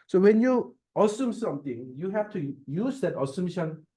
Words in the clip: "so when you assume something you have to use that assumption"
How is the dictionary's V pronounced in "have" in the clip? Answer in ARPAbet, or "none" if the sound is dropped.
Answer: F